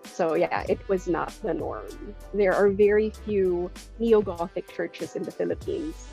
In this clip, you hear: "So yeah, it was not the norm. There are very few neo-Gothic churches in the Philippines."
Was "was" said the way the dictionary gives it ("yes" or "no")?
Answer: yes